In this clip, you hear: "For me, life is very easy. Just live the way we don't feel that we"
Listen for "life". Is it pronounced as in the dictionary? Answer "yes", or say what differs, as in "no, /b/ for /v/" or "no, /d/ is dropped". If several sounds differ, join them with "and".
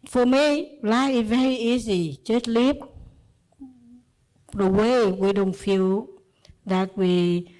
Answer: no, /f/ is dropped